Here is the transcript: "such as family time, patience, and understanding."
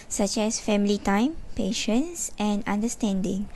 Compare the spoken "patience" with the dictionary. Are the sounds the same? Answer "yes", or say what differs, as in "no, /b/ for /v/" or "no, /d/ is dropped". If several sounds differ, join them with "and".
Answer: yes